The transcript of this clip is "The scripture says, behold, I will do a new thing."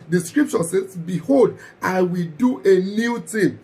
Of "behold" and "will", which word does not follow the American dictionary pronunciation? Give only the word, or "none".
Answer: none